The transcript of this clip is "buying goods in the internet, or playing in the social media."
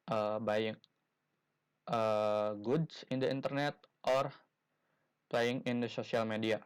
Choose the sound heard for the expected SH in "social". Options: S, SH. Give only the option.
S